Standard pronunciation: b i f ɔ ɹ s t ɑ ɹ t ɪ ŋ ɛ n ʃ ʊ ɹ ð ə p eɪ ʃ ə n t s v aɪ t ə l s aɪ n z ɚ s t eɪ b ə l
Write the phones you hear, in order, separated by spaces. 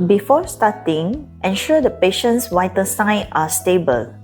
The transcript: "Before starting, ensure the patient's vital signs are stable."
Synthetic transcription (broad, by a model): b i f ɔ s t ɑ t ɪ ŋ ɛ n ʃ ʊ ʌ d ə p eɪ ʃ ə n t s w aɪ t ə s aɪ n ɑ s t eɪ b ə l